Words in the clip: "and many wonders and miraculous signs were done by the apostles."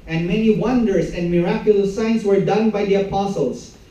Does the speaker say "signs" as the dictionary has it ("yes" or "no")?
no